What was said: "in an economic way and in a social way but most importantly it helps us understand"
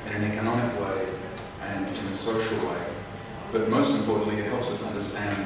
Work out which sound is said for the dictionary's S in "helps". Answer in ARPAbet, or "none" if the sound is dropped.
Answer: S